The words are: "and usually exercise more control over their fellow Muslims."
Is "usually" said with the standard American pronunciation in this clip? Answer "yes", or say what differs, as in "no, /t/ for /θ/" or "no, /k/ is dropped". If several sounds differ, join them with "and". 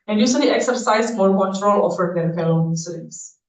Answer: no, /s/ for /ʒ/